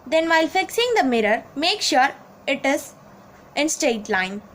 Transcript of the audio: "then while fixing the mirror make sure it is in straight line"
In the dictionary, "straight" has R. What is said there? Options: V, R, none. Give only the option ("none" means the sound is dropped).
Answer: none